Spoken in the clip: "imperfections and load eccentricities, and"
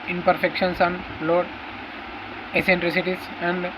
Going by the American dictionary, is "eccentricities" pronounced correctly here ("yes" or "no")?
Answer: no